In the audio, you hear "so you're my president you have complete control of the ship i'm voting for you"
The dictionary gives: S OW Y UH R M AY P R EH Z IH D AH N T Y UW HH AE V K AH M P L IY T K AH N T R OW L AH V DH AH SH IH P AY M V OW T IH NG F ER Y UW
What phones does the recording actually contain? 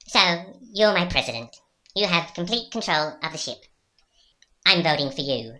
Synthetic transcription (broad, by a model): S OW Y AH R M AY P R EH Z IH D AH N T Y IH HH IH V K M P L IY T K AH N T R OW L AH V DH AH SH IH P AY M V OW T IH NG F ER Y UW